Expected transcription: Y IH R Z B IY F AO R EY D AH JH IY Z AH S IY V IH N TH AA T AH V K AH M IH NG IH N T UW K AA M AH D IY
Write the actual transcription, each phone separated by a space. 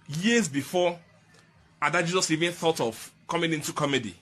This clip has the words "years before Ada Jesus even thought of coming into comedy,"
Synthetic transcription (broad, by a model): Y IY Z B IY F AO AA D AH JH IY Z AH S IY V IH N TH AA T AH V K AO M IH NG IH N T UW K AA M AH D IY